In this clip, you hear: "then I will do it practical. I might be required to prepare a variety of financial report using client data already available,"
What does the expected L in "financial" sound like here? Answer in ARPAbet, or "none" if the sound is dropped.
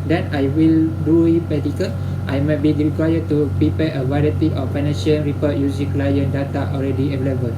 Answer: N